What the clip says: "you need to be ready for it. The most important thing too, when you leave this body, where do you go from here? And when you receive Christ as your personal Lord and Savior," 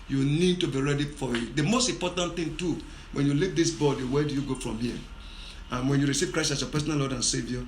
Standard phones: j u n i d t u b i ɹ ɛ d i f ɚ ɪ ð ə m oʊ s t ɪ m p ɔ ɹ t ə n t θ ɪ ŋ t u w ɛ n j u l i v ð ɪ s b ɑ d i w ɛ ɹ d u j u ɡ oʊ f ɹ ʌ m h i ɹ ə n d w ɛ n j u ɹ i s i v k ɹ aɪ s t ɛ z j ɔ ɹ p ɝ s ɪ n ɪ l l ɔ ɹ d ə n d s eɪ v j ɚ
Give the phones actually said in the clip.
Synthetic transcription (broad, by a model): j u n i d t u b i ɹ ɛ d i f ɪ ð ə m oʊ s t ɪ m p ɔ t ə n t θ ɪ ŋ t u w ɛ n j u l i v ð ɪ s b ɑ d i w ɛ d u j u ɡ oʊ f ɹ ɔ m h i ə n w ɛ n j u ɹ i s i v k ɹ aɪ s ɑ s j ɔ p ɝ s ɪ n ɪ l l ɔ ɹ d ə n s eɪ v j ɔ